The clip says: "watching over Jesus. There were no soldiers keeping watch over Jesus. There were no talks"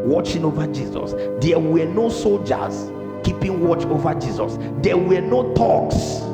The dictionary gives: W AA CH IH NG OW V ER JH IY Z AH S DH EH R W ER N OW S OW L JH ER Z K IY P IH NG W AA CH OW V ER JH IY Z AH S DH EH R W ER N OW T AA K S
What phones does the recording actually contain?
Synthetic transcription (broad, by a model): W AA CH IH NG OW V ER JH IY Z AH S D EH W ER N OW S OW L JH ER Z K IY P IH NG W AA CH OW V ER JH IY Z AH S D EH W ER N OW T AA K S